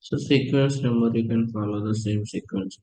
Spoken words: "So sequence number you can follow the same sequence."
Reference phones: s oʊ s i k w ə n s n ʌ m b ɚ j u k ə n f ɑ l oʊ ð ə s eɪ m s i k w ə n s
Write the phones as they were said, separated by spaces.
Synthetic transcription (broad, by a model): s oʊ s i k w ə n s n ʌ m ɚ j u k ə n f ɑ l oʊ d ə s eɪ m s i k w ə n s